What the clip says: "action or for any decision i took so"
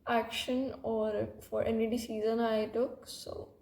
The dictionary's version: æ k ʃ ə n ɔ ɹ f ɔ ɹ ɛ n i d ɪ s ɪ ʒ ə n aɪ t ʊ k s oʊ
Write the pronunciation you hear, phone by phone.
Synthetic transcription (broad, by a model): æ k ʃ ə n ɔ ɹ f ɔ ɹ ɛ n i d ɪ s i z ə n aɪ t ʊ k s oʊ